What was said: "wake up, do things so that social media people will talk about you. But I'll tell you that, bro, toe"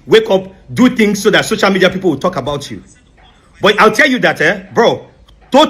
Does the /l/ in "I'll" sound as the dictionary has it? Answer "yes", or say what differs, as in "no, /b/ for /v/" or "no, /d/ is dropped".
yes